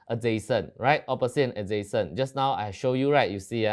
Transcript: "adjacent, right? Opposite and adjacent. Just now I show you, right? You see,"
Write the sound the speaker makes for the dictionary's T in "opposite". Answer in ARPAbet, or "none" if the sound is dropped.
none